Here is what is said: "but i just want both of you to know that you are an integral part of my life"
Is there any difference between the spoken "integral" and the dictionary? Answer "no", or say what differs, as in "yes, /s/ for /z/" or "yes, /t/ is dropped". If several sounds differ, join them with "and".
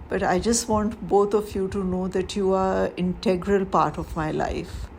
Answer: no